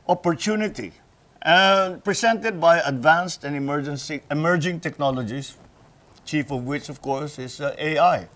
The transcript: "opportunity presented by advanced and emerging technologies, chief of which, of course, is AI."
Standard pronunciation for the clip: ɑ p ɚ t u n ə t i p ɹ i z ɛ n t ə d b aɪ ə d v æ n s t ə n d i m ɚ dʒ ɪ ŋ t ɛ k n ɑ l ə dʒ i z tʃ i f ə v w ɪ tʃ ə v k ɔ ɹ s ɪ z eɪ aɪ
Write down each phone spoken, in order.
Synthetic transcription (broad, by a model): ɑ p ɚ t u n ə t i p ɹ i s ɛ n t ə d b aɪ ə d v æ n s t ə n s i m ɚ dʒ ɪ ŋ t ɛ k n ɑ l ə dʒ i s tʃ i f ə v w ɪ tʃ ə v k ɔ ɹ s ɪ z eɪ aɪ